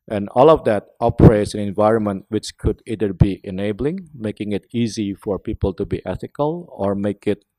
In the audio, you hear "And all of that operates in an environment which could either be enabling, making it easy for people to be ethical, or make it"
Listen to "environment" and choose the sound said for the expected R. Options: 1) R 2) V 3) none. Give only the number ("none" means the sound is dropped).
1